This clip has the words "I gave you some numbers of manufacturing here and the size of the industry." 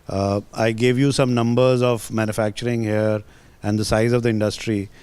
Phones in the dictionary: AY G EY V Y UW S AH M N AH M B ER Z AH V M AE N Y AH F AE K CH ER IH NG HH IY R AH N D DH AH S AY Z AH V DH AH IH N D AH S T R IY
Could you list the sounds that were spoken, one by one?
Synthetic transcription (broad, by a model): AY G EY V Y UW S AH M N AH M B ER Z AH V M AE N Y AH F AE K CH ER IH NG HH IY R AH N D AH S AY Z AH V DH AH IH N D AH S T R IY